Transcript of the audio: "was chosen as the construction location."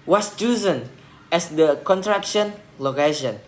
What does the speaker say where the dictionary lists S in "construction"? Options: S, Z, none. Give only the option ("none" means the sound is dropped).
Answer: none